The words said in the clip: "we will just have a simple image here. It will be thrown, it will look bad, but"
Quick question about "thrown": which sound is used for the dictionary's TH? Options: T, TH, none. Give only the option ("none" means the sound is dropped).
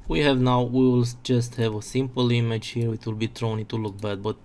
T